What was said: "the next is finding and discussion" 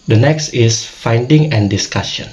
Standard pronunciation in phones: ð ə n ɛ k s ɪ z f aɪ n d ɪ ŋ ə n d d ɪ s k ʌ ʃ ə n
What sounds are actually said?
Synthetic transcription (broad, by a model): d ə n ɛ k s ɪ s f aɪ n d ɪ ŋ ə n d d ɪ s k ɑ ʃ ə n